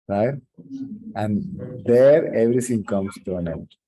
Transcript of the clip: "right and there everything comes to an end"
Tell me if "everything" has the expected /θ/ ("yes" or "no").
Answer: no